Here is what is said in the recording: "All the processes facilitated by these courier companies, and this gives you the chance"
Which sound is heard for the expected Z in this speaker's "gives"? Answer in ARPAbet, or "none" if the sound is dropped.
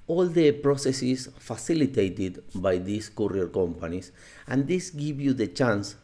none